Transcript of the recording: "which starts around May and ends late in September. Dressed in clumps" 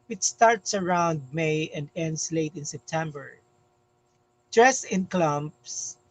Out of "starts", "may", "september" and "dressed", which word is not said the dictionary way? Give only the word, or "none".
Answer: dressed